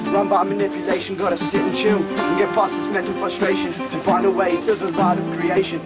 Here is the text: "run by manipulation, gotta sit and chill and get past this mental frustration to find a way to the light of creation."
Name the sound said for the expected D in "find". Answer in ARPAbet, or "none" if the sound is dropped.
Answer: D